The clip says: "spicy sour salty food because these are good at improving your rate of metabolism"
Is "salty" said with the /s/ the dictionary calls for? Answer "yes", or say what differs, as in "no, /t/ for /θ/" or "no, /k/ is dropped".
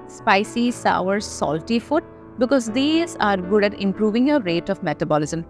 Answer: yes